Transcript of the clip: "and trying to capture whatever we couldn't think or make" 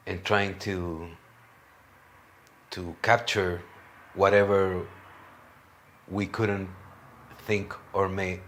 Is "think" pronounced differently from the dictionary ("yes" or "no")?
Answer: no